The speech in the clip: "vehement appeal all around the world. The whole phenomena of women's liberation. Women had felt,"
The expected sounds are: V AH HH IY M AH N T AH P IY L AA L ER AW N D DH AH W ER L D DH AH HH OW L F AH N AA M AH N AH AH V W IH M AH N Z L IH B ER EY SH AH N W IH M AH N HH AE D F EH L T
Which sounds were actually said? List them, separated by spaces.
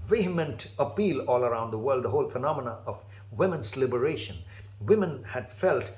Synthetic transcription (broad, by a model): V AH HH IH M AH N T AH P IY L AA L ER AW N D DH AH W ER L D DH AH HH OW L F AH N AA M AH N AH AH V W IH M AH N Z L IH B ER EY SH AH N W IH M AH N HH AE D F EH L T